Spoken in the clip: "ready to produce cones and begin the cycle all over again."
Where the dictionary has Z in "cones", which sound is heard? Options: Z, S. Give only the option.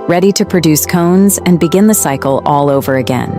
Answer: Z